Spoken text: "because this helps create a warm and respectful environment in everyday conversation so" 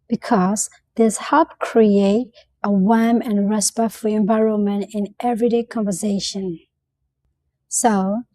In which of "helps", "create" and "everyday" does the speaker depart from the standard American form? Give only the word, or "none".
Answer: helps